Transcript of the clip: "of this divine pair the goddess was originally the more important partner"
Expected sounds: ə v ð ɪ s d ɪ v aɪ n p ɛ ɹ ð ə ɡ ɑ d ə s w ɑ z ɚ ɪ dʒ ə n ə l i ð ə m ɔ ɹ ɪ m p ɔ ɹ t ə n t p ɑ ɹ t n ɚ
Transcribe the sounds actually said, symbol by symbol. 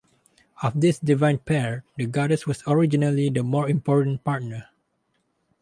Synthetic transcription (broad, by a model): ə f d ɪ s d ɪ v aɪ n p ɛ ɹ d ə ɡ ɑ d ə s w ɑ s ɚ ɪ dʒ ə n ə l i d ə m ɔ ɹ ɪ m p ɔ ɹ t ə n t p ɑ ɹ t n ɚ